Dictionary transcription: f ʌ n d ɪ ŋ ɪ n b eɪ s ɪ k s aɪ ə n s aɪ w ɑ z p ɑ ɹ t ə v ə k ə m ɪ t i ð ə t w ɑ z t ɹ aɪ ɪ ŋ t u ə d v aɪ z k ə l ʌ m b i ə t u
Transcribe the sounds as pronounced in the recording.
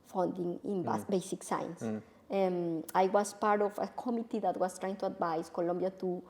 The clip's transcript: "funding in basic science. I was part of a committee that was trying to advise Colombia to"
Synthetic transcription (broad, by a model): f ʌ n d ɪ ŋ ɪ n b eɪ s ɪ k s aɪ n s aɪ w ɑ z p ɑ ɹ t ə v ə k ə m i t i ð ə t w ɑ s t ɹ aɪ ɪ ŋ t u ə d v aɪ s k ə l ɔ m b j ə t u